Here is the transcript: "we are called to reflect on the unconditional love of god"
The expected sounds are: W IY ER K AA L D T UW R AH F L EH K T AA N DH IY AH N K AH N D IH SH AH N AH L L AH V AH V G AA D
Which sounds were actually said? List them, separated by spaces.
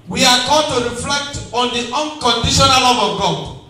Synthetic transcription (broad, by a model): W IY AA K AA D T UW R AH F L EH K T AA N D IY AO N K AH N D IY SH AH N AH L L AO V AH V G AA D